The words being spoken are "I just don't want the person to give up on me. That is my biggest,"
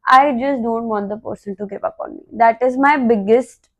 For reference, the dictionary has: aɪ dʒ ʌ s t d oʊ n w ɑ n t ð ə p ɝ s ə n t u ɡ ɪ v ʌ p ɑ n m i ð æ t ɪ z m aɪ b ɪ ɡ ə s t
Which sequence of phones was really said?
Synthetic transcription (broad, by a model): aɪ dʒ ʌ s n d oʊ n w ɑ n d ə p ɝ s ə n t u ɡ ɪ p ʌ p ɑ n m i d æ t ɪ z m aɪ b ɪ ɡ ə s t